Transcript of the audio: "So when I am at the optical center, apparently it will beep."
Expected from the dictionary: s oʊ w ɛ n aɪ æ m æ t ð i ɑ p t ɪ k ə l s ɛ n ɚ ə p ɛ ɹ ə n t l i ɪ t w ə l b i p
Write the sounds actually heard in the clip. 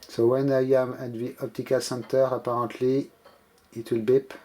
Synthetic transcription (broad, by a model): s oʊ w ɛ n aɪ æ m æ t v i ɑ p t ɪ k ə s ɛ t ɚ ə p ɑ ɹ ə t l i ɪ t w ə l b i p